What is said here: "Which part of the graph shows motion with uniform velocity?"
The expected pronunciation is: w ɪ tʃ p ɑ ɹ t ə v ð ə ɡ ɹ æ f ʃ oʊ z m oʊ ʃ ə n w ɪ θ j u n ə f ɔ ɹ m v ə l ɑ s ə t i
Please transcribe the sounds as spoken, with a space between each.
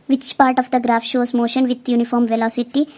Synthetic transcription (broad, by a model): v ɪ tʃ p ɑ ɹ t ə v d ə ɡ ɹ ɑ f ʃ oʊ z m oʊ ʃ ə n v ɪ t j u n ə f ɔ ɹ m v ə l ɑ s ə t i